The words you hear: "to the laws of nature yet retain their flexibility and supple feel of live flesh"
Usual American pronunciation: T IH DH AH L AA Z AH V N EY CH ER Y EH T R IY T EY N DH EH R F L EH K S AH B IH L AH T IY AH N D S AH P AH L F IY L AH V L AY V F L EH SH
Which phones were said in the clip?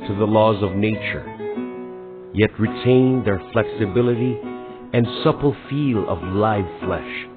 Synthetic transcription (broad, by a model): T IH DH AH L AA Z AH V N EY CH ER Y EH T R IY T EY N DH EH R F L EH K S AH B IH L AH T IY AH N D S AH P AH L F IY L AH V L AY V F L EH SH